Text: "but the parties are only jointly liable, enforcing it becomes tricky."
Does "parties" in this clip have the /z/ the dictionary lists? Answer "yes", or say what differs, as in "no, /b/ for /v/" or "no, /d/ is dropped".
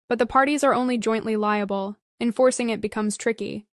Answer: yes